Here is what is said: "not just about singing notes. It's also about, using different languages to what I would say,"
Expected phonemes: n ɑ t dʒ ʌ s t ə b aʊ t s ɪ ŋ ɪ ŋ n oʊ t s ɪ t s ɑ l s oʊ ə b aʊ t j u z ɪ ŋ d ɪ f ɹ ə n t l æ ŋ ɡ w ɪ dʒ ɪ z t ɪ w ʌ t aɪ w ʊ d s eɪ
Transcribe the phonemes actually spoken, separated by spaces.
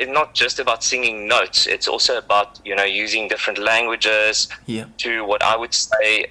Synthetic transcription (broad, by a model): n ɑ t dʒ ʌ s t ə b aʊ t s ɪ ŋ ɪ ŋ n oʊ t s ɪ t s ɑ l s oʊ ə b aʊ t j u z ɪ ŋ d ɪ f ɹ ə n t l æ ŋ ɡ w ɪ dʒ ɪ z t ɪ w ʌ t aɪ w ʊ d s eɪ